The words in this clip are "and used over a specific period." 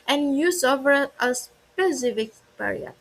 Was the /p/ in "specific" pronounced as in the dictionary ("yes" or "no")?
yes